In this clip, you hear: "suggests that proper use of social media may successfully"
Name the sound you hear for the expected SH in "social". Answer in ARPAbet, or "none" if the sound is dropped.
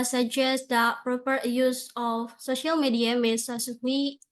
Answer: SH